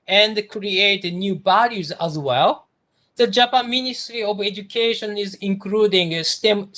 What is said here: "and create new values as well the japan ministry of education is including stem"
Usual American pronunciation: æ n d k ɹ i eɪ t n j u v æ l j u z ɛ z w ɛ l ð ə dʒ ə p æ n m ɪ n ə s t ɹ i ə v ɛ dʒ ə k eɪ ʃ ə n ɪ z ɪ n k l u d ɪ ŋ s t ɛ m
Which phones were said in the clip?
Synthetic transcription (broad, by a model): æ n d k ɹ i eɪ t n j u b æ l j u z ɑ z w ɛ l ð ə dʒ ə p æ n m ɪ n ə s t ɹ i ə v ɛ dʒ ə k eɪ ʃ ə n ɪ z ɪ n k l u d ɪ ŋ s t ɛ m